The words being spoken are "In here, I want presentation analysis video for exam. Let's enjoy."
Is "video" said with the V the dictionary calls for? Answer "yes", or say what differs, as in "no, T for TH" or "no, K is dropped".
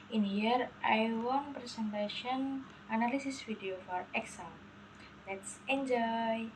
no, F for V